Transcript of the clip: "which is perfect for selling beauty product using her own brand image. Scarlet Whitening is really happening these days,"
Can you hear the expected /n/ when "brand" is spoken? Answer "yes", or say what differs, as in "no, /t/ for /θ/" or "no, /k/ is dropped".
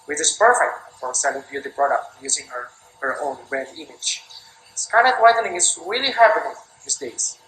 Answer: no, /n/ is dropped